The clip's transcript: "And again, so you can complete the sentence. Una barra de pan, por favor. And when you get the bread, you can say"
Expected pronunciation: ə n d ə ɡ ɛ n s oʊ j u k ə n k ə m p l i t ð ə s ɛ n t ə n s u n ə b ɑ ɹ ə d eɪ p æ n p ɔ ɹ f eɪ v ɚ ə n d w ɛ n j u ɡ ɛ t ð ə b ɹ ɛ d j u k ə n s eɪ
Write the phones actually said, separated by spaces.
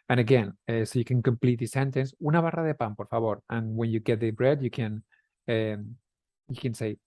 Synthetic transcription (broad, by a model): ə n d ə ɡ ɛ n s oʊ j u k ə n k ə m p l i t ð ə s ɛ n t ə n s u n ə b ɑ ɹ ə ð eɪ p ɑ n p ɔ ɹ f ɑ b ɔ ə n w ɛ n j u ɡ ɛ t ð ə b ɹ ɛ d j u k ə n s eɪ